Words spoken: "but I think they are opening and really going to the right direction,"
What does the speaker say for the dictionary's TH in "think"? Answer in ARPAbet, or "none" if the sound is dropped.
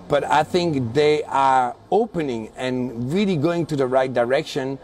TH